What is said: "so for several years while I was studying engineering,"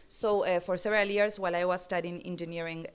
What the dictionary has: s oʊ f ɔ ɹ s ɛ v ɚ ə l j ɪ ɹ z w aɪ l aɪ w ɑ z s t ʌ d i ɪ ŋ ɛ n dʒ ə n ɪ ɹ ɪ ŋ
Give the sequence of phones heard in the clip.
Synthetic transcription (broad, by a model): s oʊ f ɔ ɹ s ɛ v ɚ ə l j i ɹ s w aɪ l aɪ w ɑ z s t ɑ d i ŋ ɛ n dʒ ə n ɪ ɹ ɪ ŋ